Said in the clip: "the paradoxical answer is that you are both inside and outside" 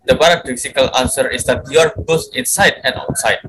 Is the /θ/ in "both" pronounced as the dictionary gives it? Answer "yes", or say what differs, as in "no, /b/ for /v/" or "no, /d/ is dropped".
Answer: no, /s/ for /θ/